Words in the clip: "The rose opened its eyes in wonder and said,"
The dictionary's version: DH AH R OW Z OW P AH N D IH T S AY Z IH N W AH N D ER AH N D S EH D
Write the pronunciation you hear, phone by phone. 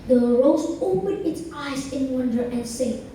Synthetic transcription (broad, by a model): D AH R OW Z OW P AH N IH T S AY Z IH N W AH N D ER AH N S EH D